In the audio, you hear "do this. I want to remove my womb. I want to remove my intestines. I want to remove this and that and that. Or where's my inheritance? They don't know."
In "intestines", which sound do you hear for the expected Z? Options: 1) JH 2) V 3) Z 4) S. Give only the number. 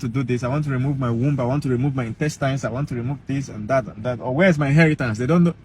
4